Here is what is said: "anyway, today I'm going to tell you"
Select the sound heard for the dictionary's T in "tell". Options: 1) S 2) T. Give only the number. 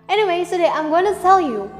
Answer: 1